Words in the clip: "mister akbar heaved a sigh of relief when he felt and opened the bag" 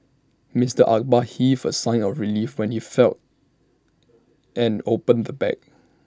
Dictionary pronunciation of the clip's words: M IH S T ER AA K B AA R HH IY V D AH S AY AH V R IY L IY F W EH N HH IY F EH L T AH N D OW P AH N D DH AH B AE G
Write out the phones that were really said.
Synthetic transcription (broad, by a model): M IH S T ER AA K B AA HH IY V AH S AY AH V R IY L IY F W EH N HH IY F EH L T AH N OW P AH N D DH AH B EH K